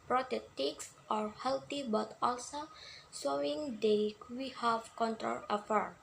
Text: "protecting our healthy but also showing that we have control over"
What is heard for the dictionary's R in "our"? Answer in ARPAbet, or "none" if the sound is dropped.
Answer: R